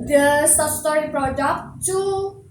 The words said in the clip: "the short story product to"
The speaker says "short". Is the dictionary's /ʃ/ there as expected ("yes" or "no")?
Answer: no